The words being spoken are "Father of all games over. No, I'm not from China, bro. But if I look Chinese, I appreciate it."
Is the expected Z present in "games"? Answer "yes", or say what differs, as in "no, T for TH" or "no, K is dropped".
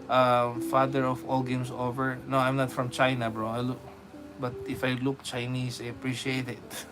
no, S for Z